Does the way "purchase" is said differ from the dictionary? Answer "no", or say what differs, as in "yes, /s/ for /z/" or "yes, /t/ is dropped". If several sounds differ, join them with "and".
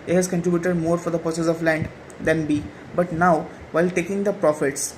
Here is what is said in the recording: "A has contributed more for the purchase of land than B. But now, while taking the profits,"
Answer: yes, /s/ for /tʃ/